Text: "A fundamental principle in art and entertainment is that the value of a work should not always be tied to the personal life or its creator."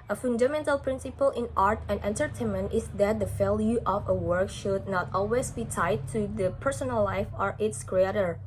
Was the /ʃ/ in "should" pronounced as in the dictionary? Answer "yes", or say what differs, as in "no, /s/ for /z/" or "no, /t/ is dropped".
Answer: yes